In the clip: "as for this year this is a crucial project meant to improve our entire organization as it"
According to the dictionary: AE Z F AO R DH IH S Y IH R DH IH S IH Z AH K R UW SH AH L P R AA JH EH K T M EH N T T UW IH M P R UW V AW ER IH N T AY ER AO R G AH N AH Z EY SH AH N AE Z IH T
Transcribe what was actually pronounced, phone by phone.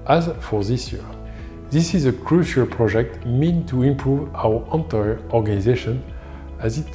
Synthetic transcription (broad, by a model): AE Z F AO R DH IH S Y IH R DH IH S IH Z AH K R UW SH AH L P R AA JH EH K T M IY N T T UW IH M P R UW V AW ER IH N T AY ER AO R G AH N AH Z EY SH AH N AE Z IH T